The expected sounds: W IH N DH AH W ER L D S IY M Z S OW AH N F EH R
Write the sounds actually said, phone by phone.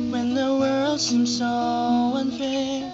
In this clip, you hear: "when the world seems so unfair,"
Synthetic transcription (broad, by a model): W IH N DH AH W ER L D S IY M S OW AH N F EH